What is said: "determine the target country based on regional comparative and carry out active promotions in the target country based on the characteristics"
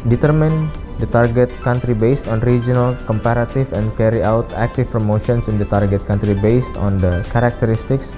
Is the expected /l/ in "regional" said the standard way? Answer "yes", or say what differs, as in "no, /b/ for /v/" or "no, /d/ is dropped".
yes